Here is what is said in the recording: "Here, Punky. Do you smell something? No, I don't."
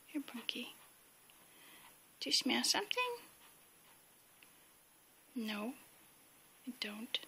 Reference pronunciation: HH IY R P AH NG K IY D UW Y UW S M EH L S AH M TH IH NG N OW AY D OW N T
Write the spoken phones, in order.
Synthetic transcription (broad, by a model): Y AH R B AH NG K IY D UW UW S M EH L S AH M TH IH NG N OW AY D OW N T